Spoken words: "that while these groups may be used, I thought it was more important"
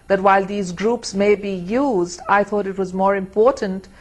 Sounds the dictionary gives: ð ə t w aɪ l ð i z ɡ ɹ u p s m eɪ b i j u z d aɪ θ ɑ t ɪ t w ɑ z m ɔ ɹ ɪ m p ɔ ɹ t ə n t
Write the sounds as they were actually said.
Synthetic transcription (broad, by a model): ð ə t w aɪ l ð i z ɡ ɹ u p s m eɪ b i j u z d aɪ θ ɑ t ɪ t w ɑ z m ɔ ɹ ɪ m p ɔ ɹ t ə n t